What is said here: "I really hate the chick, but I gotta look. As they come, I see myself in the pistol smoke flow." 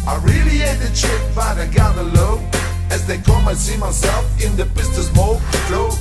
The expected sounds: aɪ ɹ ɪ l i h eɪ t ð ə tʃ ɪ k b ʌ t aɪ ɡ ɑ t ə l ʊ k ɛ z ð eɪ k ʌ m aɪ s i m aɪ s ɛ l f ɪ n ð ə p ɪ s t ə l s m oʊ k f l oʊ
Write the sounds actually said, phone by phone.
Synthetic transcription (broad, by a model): aɪ ɹ ɪ l i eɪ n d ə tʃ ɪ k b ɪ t aɪ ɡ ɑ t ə l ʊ ɪ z ð eɪ k ʌ m aɪ s i m aɪ s ɛ l f ɪ n ð ə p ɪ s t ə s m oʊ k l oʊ